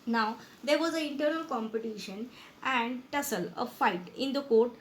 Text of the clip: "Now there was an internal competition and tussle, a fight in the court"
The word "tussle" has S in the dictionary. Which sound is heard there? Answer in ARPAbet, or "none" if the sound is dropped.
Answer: S